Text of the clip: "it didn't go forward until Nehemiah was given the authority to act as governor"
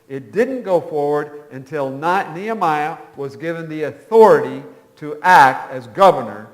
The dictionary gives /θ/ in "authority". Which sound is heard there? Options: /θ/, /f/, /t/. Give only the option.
/θ/